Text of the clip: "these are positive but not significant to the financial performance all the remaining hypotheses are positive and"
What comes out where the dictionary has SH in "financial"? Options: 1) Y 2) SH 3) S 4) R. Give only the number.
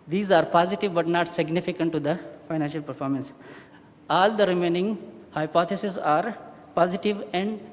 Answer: 2